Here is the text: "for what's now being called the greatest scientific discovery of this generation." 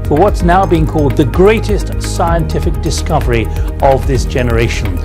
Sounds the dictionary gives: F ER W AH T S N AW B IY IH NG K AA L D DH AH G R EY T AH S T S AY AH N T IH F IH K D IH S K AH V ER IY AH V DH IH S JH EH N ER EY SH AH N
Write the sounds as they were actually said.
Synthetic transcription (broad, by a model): F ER W AH T S N AW B IY IH NG K AA L D DH AH G R EY T AH S T S AY AH N T IH F IH K D IH S K AH V ER IY AH V DH IH S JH EH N ER EY SH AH N